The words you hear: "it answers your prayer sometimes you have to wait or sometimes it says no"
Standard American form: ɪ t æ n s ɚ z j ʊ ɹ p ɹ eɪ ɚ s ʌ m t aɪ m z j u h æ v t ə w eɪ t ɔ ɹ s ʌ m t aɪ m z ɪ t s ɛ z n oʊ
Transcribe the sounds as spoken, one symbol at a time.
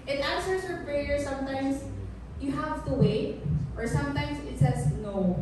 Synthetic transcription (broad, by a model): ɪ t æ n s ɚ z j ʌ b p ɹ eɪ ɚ s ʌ m t aɪ m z j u h æ v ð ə w eɪ t ɔ ɹ s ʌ m t aɪ m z ɪ t s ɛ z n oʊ